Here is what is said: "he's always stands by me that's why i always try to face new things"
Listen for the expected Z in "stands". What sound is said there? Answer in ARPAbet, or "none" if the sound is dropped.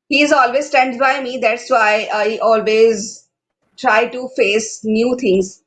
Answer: none